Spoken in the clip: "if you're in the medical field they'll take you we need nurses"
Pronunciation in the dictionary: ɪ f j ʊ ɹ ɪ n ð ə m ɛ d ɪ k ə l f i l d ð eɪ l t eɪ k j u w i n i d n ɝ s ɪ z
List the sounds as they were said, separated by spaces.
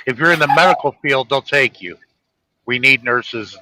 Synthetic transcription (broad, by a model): ɪ f j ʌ ɹ ɪ n ð ə m ɛ d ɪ k l f i l d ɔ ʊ n t eɪ k j u w i n i d n ɝ s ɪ z